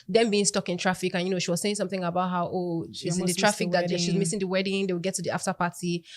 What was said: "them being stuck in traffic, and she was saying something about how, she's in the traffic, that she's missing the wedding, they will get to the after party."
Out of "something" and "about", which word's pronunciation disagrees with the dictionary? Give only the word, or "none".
none